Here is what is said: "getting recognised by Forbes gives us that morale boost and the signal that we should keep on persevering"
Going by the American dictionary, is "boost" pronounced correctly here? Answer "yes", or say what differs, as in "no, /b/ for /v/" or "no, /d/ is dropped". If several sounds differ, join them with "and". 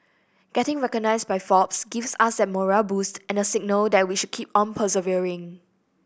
yes